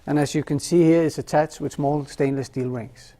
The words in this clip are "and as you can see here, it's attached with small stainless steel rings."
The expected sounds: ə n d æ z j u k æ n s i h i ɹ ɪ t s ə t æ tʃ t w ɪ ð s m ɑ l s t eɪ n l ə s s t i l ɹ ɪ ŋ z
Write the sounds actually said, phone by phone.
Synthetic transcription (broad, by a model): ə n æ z j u k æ n s i h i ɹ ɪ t s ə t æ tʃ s w ɪ ð s m ɑ l s t eɪ n l ə s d i l ɹ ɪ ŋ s